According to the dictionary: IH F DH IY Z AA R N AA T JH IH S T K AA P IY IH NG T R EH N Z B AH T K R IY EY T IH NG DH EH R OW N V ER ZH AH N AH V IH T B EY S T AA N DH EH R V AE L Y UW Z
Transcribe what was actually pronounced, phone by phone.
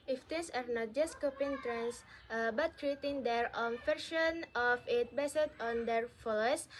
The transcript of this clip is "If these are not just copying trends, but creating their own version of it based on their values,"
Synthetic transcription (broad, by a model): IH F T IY S AA R N AA T JH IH S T K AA P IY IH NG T R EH N S B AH T K R IY EY T IH NG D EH R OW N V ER SH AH N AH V IH T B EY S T AA N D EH R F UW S